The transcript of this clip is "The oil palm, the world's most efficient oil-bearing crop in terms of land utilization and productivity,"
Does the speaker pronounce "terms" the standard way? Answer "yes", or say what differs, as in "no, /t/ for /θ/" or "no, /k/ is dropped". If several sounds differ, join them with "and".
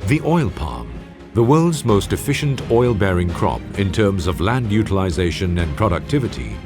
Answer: yes